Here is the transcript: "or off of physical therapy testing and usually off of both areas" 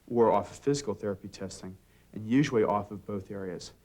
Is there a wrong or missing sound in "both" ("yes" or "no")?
no